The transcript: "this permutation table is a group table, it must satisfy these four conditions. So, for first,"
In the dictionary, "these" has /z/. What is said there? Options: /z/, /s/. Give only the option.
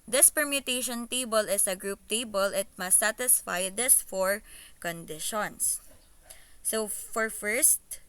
/s/